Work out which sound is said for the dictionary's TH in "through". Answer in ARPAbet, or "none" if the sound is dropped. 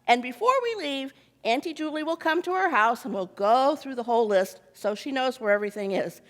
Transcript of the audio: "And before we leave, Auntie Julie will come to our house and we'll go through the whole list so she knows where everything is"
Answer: TH